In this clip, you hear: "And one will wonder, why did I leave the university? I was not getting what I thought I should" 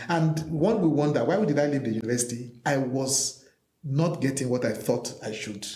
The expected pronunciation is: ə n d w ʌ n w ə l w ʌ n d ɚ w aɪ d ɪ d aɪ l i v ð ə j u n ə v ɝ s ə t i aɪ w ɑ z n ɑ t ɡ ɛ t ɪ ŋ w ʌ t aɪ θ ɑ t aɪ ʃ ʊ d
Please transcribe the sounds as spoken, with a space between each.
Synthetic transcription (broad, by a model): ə n d w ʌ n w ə w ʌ n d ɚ w aɪ d ɪ d aɪ l i v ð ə j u n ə v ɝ s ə t i aɪ w ɑ z n ɑ t ɡ ɛ t ɪ ŋ w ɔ t aɪ θ ɑ t aɪ ʃ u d